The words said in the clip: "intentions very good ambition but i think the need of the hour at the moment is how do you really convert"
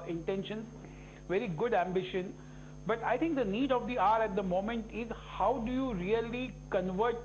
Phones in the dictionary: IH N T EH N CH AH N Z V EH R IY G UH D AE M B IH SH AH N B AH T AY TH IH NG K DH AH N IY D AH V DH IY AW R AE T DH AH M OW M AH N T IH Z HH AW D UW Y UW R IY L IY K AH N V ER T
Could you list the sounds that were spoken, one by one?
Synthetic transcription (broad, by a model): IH N T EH N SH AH N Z V EH R IY G UH D AE M B IH SH AH N B AH T AY T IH NG K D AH N IY D AH V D IY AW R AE T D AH M OW M AH N T IH Z HH AW D UW Y UW R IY L IY K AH N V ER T